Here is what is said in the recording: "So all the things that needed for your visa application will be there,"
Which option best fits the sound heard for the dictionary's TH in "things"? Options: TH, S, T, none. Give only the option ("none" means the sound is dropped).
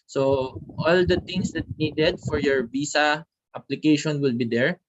T